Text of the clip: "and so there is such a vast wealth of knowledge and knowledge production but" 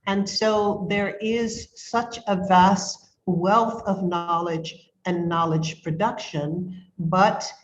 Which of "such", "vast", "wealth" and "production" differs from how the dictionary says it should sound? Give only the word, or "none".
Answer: none